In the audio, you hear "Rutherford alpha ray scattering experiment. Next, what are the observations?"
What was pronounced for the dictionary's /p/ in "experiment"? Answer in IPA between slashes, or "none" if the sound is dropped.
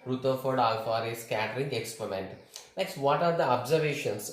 /p/